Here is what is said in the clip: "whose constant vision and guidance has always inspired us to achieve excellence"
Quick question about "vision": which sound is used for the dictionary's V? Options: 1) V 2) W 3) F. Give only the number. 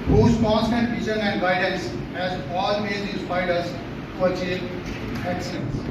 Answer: 3